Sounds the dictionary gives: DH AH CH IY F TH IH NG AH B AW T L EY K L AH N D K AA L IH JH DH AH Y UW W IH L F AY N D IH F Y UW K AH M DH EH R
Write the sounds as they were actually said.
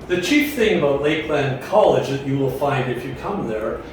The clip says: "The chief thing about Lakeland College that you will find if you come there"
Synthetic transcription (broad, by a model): DH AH CH IY F TH IH NG AH B AW T L EY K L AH N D K AA L IH JH DH AH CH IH W IH L F AY N D IH F Y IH K AH M DH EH R